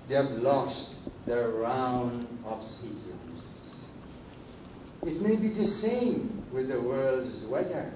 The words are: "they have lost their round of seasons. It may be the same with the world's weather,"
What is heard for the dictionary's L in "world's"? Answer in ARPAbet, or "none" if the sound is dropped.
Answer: L